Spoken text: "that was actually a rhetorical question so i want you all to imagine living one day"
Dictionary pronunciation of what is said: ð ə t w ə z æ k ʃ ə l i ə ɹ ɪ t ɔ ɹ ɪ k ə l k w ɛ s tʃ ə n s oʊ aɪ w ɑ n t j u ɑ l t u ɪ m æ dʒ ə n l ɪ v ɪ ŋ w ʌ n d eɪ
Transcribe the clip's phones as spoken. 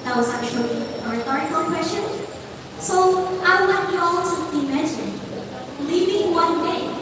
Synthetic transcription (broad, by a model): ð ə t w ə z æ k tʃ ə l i ə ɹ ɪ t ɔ ɹ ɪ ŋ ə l k w ɛ s tʃ ə n s oʊ aɪ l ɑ t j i ɑ l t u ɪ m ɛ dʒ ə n l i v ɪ ŋ w ʌ n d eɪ